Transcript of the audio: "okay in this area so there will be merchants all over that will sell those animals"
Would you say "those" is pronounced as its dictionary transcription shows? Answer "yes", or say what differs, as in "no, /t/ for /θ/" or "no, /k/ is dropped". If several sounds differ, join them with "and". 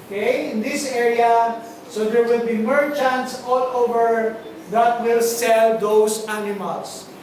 no, /s/ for /z/